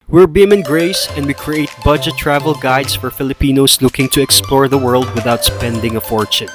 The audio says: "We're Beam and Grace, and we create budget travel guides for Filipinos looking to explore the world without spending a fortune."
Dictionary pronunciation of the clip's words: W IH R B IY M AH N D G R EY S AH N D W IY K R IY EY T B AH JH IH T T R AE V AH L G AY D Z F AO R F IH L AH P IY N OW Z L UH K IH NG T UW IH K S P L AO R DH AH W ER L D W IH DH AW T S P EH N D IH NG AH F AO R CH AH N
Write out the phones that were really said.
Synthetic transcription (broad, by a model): W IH R B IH M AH N G R EY S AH N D W IY K R IY EY T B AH JH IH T T R AE V AH L G AY D S F AO R F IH L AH P IY N OW S L UH K IH NG T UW IH K S P L AO R DH AH W ER L D W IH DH AW T S P EH N D IH NG AH F AO R CH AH N